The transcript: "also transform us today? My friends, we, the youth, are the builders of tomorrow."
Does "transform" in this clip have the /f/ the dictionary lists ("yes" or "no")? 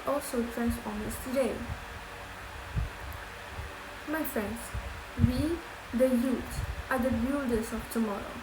no